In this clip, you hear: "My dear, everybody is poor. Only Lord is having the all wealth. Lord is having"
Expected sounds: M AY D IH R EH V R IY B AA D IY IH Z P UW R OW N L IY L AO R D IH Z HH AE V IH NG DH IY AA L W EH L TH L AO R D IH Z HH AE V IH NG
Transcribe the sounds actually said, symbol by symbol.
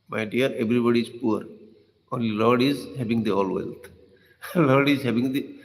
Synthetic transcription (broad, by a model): M AY D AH R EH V R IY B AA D IY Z P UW R OW N L IY L AO R D IH Z HH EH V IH NG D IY AA L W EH L T L AO R D IH Z HH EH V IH NG